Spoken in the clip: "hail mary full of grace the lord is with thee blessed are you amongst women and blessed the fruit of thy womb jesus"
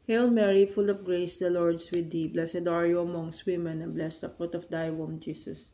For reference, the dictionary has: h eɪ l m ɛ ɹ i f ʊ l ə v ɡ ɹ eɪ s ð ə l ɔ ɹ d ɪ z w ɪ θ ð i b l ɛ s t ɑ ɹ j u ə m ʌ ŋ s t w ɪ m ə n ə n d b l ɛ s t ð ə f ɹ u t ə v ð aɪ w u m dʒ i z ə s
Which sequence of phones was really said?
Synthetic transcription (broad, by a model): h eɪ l m ɛ ɹ i f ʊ l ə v ɡ ɹ eɪ s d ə l ɔ ɹ d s w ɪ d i b l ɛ s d ɑ ɹ j u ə m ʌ ŋ s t w ɪ m ə n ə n b l ɛ s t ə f u t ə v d aɪ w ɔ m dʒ i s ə s